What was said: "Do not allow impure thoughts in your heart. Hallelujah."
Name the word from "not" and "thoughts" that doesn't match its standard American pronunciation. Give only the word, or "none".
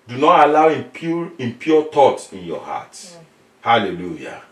thoughts